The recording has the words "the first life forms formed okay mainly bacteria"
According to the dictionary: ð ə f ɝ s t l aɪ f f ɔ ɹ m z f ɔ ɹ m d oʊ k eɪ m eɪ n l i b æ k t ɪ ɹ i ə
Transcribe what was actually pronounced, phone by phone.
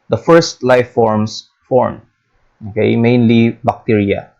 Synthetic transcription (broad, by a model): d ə f ɝ s t l aɪ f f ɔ ɹ m s f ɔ ɹ m oʊ k eɪ m eɪ n l i b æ k t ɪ ɹ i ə